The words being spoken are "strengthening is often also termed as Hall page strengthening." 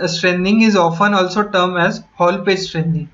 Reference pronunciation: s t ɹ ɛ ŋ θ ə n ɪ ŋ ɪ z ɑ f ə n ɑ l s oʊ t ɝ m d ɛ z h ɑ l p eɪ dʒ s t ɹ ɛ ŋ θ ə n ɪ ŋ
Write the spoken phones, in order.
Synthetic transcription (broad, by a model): s t ɹ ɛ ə n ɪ ŋ ɪ z ɑ f ə n ɑ l s oʊ t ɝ m ɛ z h ɑ l p eɪ dʒ s t ɹ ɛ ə n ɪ ŋ